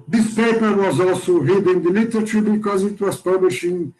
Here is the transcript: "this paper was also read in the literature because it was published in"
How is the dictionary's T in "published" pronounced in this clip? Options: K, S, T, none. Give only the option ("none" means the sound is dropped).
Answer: none